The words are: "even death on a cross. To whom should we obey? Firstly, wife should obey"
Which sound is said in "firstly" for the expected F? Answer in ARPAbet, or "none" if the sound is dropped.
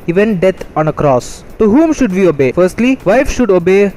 F